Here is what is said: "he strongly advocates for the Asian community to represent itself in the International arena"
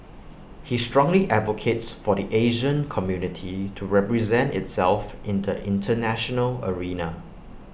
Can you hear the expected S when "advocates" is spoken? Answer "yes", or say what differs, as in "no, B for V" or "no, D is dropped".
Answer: yes